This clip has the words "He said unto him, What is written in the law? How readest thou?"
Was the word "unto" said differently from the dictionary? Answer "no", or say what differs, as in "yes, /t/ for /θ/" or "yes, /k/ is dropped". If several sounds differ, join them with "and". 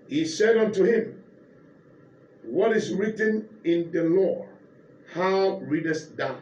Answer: no